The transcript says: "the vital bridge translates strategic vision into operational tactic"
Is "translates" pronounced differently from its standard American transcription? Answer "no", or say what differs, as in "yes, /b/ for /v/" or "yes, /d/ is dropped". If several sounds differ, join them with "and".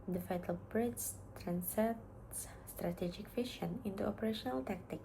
yes, /l/ is dropped